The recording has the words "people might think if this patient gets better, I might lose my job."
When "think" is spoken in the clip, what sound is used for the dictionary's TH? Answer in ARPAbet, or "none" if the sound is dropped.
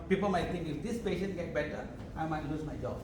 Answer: T